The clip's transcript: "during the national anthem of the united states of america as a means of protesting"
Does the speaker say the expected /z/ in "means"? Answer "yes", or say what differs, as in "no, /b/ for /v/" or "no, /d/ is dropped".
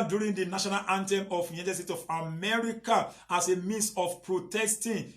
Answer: no, /s/ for /z/